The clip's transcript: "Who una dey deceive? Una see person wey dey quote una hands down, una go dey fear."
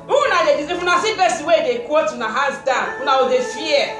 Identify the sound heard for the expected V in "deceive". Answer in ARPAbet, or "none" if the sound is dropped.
F